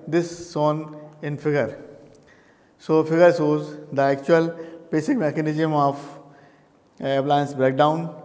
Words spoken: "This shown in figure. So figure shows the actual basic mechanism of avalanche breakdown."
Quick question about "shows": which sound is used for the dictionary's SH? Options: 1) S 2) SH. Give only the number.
1